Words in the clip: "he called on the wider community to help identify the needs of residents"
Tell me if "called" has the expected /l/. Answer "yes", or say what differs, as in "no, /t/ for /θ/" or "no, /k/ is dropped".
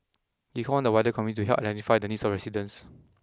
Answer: no, /n/ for /l/